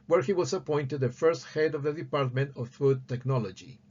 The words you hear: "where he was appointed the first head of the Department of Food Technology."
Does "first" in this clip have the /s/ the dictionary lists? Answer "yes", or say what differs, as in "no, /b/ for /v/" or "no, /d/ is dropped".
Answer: yes